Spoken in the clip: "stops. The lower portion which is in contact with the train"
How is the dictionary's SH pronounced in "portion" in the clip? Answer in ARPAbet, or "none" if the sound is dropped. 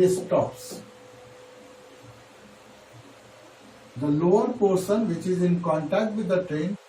S